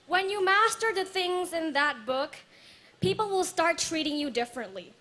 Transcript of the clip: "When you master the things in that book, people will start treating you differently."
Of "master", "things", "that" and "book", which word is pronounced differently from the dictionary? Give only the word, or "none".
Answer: none